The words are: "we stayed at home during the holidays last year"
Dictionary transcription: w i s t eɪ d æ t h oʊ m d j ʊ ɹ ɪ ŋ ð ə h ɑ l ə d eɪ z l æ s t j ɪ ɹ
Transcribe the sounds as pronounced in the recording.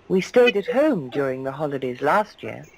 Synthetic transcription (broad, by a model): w i s t eɪ d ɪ t h oʊ m d j ʊ ɹ ɪ ŋ ð ə h ɑ l ə d eɪ z l æ s t j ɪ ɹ